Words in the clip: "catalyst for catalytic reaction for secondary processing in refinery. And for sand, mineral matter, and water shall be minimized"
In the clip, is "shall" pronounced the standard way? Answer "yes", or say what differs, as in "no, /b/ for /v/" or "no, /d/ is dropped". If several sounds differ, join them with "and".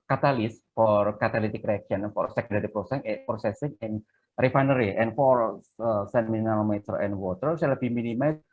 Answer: no, /s/ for /ʃ/